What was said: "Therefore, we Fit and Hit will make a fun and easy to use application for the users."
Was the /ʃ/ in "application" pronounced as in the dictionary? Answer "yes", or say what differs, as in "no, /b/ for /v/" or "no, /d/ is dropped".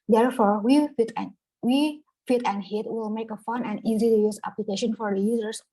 yes